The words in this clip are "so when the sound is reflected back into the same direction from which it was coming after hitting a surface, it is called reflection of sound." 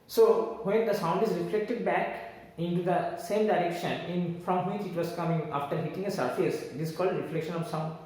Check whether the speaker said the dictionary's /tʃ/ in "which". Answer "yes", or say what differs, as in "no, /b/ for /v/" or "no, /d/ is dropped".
yes